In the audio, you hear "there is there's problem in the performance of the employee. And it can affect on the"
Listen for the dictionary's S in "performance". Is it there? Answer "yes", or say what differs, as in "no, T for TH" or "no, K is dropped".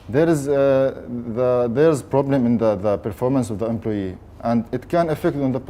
yes